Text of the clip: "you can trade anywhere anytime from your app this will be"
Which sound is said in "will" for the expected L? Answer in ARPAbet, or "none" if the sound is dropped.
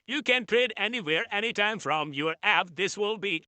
L